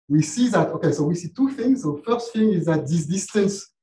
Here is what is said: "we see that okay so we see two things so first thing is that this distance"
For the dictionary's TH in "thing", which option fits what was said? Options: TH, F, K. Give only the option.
F